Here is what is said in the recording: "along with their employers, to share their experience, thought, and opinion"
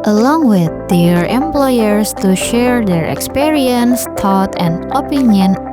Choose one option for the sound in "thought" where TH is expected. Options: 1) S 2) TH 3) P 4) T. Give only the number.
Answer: 4